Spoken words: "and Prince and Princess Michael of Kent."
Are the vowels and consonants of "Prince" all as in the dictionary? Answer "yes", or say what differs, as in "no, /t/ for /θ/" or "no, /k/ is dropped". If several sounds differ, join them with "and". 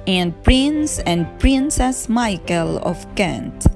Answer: yes